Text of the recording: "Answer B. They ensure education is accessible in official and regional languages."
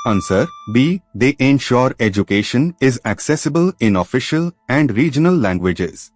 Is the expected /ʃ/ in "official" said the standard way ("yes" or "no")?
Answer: yes